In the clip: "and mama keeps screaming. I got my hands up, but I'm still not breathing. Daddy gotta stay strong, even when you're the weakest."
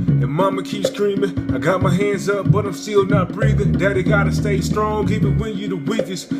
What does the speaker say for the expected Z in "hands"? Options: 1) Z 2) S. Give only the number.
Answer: 1